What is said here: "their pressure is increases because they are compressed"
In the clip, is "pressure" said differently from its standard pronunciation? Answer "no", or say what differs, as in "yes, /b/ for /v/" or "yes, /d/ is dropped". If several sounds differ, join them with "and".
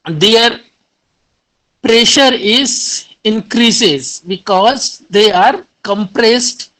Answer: no